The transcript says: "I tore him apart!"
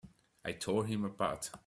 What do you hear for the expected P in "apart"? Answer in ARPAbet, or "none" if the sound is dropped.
B